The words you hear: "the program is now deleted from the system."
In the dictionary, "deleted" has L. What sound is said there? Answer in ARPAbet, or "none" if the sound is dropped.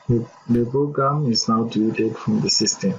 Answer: none